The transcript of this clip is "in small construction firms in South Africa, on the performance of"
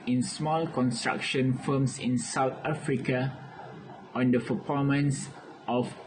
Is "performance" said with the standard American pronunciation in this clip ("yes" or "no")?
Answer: no